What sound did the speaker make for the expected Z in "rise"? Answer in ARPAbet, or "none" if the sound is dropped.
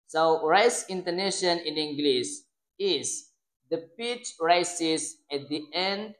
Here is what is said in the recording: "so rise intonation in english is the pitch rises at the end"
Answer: S